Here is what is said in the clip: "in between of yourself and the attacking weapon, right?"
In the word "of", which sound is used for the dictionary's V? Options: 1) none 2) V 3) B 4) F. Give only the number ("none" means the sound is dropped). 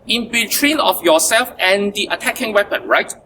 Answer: 4